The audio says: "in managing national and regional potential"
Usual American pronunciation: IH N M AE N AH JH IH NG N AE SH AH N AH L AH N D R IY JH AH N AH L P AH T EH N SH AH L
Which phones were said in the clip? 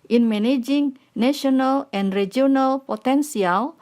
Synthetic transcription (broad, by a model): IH N M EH N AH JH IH NG N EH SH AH N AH L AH N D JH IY AH N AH L P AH T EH N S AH L